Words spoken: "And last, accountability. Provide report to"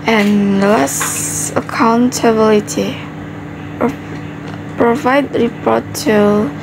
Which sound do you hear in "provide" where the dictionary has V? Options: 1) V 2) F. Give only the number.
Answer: 1